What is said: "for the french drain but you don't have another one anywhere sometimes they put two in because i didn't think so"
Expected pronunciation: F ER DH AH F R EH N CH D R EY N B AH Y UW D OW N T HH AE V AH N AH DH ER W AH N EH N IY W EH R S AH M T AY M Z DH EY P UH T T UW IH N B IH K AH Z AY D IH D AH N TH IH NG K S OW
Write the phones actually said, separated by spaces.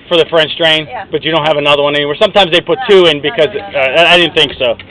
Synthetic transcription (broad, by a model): F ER DH AH F R EH N CH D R EY N B AH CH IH D OW N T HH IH V AH N AH DH ER W AH N EH N IY W EH R S AH M T AY M Z DH EY P UH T T UW IH N B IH K AH Z AY D IH D N TH IH NG K S OW